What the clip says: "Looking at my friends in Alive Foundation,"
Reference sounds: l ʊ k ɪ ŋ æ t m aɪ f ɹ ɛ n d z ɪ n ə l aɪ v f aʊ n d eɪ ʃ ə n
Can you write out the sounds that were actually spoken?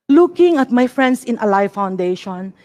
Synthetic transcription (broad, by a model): l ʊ k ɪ ŋ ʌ t m aɪ f ɹ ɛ n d s ɪ n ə l aɪ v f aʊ n d eɪ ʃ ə n